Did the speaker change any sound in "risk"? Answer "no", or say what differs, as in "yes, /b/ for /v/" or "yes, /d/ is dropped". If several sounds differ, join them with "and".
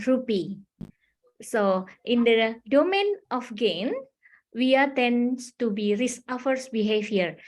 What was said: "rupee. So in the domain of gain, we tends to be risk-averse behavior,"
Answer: yes, /k/ is dropped